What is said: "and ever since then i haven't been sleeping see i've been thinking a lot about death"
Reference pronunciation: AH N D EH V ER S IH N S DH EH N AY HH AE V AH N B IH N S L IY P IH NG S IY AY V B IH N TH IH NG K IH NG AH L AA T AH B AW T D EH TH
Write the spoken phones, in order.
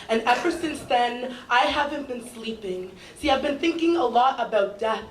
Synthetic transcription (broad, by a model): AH N EH V ER S IH N S DH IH N AY HH AE V AH N B IH N S L IY P IH NG S IY AY V B IH N TH IH NG K IH NG AH L AA T AH B AW T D EH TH